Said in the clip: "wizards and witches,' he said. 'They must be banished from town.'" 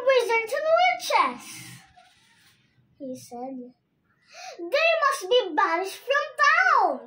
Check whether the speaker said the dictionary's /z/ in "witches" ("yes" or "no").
no